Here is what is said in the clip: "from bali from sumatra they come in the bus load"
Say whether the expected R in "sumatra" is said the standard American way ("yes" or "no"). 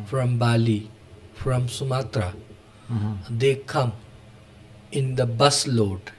yes